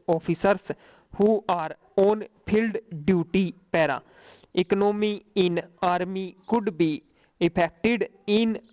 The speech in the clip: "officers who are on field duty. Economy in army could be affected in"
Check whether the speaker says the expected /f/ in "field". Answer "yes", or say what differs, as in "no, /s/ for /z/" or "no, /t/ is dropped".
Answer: no, /p/ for /f/